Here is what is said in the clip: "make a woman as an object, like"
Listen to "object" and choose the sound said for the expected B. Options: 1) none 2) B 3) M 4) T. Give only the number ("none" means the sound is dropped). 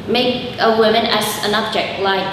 2